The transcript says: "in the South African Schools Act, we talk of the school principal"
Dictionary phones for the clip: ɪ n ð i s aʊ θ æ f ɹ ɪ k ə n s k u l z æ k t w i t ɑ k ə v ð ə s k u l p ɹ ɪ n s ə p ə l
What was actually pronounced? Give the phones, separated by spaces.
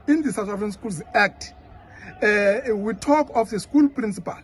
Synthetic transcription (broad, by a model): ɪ n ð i s aʊ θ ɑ f ɹ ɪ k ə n s k u l z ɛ k t w i t ɑ k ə f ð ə s k u l p ɹ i n s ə p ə l